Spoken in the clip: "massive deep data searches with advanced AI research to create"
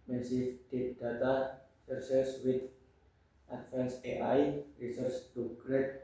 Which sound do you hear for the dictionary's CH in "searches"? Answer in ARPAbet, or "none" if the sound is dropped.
S